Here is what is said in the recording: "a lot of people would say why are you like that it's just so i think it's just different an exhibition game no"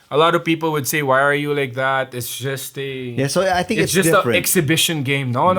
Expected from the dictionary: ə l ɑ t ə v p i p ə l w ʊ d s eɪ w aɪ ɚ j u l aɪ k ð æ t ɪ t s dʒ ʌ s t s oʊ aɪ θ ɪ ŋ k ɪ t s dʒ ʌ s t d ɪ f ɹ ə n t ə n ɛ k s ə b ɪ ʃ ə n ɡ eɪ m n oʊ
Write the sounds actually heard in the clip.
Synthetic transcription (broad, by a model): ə l ɑ t ə v p i p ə l w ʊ d s eɪ w aɪ ɚ j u l aɪ k ð æ t ɪ t s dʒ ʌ s t s oʊ aɪ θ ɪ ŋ ɪ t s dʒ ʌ s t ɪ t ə ɛ k s ə b ɪ ʃ ə n ɡ eɪ m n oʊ